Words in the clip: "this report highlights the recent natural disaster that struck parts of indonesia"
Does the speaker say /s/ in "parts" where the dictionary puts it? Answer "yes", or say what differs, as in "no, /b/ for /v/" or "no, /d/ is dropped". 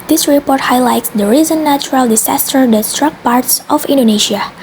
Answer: yes